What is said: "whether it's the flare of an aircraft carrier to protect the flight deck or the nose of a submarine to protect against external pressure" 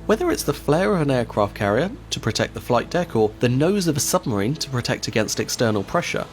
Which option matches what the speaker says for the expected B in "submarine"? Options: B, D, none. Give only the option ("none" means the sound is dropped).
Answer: B